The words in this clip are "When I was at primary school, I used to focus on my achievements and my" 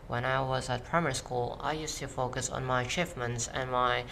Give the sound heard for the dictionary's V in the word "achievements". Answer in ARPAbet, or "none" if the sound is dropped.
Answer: F